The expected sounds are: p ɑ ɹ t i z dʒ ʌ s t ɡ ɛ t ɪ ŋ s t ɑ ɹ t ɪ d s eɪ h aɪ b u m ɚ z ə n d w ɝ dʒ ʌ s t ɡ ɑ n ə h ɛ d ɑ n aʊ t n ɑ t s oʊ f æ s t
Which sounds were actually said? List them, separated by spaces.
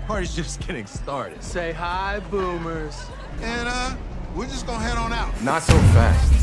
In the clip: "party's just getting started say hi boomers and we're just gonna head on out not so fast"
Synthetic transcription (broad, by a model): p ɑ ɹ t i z dʒ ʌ s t ɡ ɛ t ɪ ŋ s t ɑ ɹ t ɪ d s eɪ h aɪ b u m ɚ z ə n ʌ w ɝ dʒ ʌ s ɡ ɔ ə h ɛ d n aʊ t n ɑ t s oʊ f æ s t